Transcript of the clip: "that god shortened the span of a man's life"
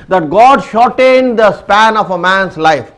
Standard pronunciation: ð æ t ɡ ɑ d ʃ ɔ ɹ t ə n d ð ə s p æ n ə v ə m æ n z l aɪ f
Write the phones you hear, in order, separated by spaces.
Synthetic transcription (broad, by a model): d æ t ɡ ɑ d ʃ ɔ ɹ t ə n d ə s p æ n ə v ə m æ n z l aɪ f